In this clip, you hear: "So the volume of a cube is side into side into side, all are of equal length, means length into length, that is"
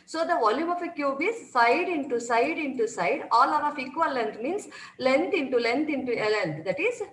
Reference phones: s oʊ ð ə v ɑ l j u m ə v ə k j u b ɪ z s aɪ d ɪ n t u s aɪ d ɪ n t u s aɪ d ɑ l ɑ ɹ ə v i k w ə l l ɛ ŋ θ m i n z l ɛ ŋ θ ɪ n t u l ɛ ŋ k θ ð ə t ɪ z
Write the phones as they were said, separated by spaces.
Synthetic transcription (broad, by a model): s oʊ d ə v ɑ l j u m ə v ə k j u b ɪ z s aɪ d ɪ n t u s aɪ d ɪ n t u s aɪ d ɑ l ɑ ɹ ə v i k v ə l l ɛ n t m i n s l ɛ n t ɪ n t u l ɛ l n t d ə t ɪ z